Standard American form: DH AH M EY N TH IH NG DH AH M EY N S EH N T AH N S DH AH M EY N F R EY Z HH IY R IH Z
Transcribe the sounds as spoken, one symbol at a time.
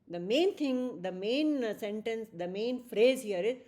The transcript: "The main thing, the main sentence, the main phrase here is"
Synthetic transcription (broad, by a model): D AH M EY N T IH NG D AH M EY N S EH N T AH N S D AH M EY N F R EY Z HH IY R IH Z